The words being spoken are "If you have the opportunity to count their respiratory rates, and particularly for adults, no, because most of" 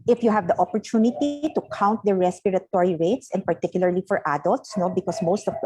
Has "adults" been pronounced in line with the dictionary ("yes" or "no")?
yes